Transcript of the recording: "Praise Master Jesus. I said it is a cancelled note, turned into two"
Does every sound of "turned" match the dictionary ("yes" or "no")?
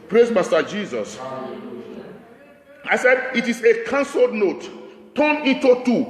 no